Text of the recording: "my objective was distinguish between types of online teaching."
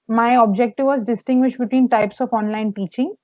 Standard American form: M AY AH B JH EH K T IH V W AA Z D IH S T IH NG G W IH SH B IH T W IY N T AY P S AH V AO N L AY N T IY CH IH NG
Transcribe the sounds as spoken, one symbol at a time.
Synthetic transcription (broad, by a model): M AY AH B JH EH K T IH V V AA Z D IH S T IH NG G W IH SH B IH T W IY N T AY P S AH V AO N L AY N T IY CH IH NG